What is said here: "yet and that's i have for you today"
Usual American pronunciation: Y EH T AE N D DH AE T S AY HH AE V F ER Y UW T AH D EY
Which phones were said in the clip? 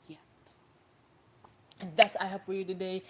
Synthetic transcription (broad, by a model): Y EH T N DH AE T S AY HH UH P F ER Y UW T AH D EY